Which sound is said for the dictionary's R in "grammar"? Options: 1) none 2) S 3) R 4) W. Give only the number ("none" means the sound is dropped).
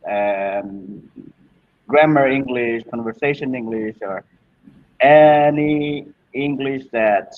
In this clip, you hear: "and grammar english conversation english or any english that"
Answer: 3